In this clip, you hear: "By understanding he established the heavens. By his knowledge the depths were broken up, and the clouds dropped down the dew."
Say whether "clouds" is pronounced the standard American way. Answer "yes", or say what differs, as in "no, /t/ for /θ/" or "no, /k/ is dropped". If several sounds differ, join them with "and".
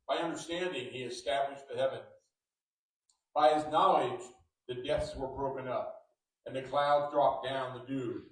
yes